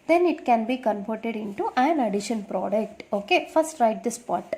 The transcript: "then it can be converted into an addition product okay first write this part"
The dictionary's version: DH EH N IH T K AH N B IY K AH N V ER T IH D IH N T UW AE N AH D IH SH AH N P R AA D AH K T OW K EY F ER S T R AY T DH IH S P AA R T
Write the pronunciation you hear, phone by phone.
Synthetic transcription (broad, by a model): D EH N IH T K AH N B IY K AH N P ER T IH D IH N T UW AE N AH D IH SH AH N P R AA D AH K T OW K EY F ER S T R AY T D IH S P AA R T